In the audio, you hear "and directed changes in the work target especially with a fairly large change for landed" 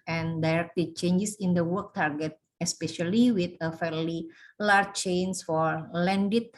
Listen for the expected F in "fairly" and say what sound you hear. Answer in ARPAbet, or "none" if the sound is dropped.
F